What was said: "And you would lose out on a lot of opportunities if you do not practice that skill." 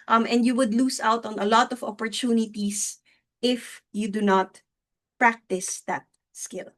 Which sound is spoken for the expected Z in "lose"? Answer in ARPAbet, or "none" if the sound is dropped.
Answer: S